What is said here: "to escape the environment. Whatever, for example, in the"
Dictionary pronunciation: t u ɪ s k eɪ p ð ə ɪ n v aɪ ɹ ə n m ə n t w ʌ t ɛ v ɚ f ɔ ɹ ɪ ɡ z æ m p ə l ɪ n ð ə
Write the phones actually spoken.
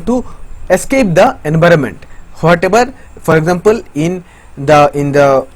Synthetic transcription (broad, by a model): t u ɪ s k eɪ p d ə ɪ n v aɪ ɹ ə n m ə n t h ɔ t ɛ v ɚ f ɔ ɹ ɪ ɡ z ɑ m p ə l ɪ n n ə